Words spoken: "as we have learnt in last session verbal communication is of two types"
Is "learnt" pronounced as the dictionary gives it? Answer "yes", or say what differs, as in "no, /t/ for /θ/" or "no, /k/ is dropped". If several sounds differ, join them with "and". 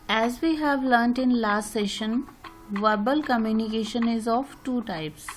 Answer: yes